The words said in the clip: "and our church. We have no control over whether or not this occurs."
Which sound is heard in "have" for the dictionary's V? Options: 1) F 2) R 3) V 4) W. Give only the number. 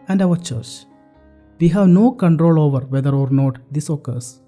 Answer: 3